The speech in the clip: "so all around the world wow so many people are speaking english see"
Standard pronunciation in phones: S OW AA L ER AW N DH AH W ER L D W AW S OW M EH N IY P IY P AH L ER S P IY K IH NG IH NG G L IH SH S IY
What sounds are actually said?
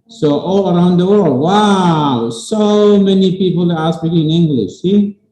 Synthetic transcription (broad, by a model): S OW AA L ER AW N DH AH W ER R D W AW S OW M EH N IY P IY P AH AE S B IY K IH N IH NG G L IH SH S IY